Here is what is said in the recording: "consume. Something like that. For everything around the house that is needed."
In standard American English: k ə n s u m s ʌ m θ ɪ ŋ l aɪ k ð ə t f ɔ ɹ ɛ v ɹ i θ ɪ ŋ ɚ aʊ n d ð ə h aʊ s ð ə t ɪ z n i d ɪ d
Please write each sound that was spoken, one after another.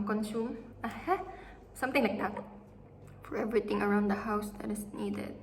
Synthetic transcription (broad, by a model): k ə n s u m s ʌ m t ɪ ŋ l aɪ k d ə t f ɔ ɹ ɛ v ɹ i t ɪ ŋ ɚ aʊ n d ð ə h aʊ s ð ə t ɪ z n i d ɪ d